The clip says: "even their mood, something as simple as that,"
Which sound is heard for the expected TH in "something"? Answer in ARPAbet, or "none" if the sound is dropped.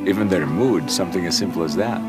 TH